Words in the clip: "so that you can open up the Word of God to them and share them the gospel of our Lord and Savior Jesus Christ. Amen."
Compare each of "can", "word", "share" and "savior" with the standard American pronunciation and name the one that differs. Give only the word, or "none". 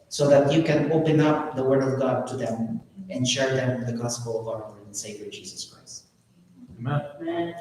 none